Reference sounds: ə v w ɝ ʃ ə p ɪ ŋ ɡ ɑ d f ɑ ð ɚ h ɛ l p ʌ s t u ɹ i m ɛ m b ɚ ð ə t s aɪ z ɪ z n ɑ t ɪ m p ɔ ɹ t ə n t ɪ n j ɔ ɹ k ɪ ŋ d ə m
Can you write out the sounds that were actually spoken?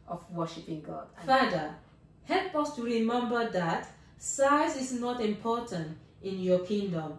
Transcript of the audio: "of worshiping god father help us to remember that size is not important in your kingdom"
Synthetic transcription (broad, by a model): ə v w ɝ ʃ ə p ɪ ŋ ɡ ɑ d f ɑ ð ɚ h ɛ n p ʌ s t u ɹ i m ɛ m b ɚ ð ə t s aɪ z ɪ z n ɑ t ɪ m p ɔ t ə n t ɪ n j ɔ k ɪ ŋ d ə m